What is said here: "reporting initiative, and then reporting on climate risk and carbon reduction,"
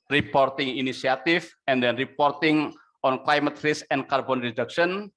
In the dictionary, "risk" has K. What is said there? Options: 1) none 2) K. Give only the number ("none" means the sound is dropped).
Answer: 1